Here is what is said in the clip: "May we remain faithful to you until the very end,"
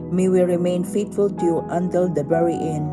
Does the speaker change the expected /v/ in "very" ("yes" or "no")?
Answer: yes